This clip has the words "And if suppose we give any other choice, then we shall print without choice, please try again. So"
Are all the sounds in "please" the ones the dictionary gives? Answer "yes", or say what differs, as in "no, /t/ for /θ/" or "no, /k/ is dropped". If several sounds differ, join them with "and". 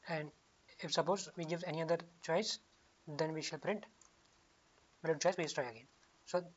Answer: no, /s/ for /z/